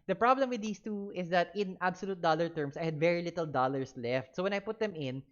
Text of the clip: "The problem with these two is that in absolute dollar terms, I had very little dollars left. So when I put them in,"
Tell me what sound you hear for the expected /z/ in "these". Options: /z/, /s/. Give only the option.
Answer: /s/